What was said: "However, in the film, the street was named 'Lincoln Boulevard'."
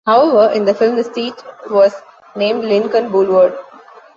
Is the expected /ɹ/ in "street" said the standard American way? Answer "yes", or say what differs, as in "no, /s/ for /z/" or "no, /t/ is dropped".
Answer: no, /ɹ/ is dropped